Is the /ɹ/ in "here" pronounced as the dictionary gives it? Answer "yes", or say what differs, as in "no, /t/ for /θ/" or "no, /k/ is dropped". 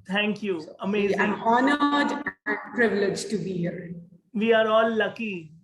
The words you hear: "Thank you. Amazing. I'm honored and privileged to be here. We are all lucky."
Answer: yes